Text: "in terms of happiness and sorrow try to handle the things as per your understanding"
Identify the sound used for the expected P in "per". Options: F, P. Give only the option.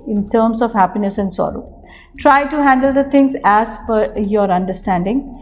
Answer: F